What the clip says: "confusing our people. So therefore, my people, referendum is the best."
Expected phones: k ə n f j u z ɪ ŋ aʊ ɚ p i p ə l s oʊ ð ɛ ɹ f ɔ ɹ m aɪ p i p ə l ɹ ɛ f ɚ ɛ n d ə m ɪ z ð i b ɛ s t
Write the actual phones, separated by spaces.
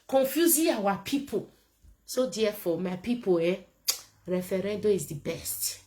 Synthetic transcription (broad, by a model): k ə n f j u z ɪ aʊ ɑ p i p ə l s oʊ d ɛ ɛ f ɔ m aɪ p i p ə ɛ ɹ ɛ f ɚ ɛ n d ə ɪ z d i b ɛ s t